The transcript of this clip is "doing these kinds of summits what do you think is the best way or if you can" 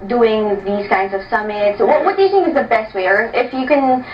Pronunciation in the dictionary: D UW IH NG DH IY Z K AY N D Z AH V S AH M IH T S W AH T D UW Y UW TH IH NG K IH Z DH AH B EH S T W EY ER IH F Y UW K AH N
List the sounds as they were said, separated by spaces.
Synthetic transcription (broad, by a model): D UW IH NG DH IY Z K AY N D Z AH V S AH M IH T S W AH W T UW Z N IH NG IH Z DH AH B EH S T W EY ER IH F Y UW K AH N